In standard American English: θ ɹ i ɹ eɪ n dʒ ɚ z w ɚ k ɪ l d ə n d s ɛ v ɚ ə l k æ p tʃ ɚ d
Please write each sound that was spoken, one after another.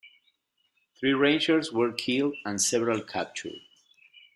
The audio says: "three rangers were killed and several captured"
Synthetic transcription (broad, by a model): θ ɹ i ɹ eɪ n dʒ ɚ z w ɚ k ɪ l d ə n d s ɛ v ɚ ə l k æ p tʃ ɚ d